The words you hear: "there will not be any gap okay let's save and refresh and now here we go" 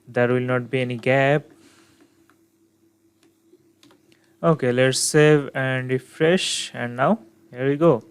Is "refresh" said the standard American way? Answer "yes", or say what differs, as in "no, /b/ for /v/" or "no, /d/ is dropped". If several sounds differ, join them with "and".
yes